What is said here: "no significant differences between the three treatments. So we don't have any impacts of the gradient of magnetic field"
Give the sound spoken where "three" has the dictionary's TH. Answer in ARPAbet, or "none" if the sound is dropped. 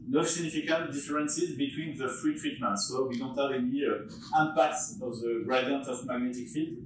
F